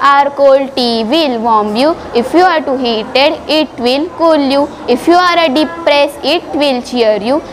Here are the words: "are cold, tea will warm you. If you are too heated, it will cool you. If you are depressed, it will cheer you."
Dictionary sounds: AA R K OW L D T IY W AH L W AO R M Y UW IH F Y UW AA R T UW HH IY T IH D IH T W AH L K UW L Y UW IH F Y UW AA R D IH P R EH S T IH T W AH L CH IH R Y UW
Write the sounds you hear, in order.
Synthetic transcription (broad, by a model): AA R K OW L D T IY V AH L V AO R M Y UW IH F Y UW AA R T UW HH IY T IH D IH T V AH L K UW L Y UW IH F Y UW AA R D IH P R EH S IH T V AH L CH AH R Y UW